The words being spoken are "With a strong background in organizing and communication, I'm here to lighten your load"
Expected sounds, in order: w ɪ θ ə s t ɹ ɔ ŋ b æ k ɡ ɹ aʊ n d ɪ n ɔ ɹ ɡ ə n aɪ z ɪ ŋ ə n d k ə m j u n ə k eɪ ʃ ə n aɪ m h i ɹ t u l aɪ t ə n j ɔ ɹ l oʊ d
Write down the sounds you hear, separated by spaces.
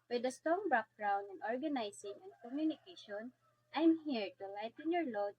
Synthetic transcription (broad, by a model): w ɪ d ə s t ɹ ɔ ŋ b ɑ k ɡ ɹ aʊ n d ɪ n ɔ ɹ ɡ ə n aɪ s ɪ ŋ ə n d k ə m j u n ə k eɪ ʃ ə n aɪ m h i ɹ t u l aɪ t ə n j ɔ ɹ l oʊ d